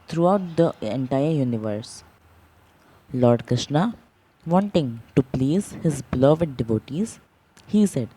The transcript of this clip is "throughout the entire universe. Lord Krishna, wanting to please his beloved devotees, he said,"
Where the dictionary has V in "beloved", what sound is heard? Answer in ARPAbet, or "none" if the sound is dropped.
V